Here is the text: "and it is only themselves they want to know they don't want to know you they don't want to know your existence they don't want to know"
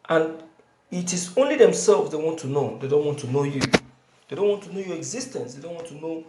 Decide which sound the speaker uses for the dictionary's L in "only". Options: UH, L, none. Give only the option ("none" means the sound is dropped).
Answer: L